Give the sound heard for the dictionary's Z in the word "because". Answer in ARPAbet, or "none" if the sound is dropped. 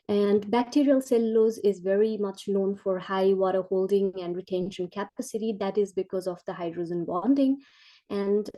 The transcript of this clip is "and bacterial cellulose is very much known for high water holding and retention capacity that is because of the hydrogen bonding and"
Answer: Z